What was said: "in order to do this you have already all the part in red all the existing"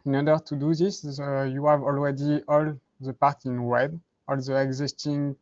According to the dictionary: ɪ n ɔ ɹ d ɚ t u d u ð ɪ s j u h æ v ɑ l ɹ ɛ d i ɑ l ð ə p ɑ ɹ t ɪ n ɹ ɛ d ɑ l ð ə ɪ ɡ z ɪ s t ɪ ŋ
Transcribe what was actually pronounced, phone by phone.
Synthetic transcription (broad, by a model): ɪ n ɔ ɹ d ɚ t u d u ð ɪ s j u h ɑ v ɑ l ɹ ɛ d i ɑ l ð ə p ɑ ɹ t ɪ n w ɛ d ɑ l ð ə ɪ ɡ z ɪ s t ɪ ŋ